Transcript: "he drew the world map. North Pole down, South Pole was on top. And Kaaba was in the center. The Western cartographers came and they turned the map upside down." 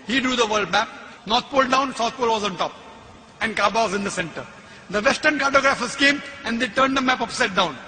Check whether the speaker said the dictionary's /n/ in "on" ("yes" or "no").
yes